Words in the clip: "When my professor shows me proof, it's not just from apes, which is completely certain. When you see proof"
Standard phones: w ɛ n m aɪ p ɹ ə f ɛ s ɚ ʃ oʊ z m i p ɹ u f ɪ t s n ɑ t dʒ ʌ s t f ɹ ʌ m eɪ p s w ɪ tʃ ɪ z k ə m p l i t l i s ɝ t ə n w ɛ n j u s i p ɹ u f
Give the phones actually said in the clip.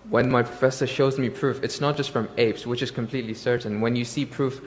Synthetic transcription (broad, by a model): w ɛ n m aɪ p ɹ ə f ɛ s ɚ ʃ oʊ z m i p ɹ u f ɪ t s n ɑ t dʒ ʌ s t f ɹ ʌ m eɪ p s w ɪ tʃ ɪ z k ə m p l i t l i s ɝ t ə n w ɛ n j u s i p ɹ u f